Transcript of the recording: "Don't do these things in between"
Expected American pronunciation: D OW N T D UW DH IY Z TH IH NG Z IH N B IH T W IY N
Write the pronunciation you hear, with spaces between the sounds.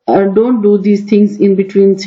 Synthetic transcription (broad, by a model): D OW N T D UW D IY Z T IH NG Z IH N B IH T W IY N